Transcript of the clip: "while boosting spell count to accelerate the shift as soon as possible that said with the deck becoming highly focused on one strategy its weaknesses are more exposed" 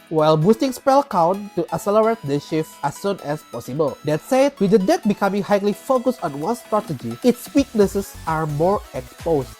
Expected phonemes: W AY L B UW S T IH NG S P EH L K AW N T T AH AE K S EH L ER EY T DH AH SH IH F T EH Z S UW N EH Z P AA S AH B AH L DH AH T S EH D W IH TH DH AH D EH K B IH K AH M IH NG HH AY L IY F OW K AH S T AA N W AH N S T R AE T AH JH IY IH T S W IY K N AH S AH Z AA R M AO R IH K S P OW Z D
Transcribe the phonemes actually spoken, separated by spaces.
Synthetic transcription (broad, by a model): W AY L B UW S T IH NG S P EH L K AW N T T AH S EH L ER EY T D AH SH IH F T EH S UW N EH S P AA S AH B AH L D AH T S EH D W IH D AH D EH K B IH K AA M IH NG HH AY L IY F OW K AH S T AA N W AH N S T R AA T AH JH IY IH T S W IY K N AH S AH S AA R M AO R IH K S P OW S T